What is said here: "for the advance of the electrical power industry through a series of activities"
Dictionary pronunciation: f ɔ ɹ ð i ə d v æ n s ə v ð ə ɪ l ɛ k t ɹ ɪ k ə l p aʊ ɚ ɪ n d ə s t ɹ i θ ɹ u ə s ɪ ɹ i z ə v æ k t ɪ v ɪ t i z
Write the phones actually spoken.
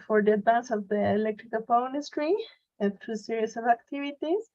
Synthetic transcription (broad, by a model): f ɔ ɹ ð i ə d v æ n s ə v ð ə ɪ l ɛ k t ɹ ɪ k ə l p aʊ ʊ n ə s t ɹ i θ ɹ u s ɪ ɹ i s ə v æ k t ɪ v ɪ t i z